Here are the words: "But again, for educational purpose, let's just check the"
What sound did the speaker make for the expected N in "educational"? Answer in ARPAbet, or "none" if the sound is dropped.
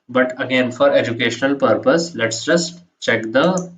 N